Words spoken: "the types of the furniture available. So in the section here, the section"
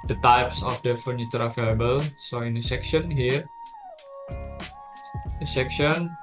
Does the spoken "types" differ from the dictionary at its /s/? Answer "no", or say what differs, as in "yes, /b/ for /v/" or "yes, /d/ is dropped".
no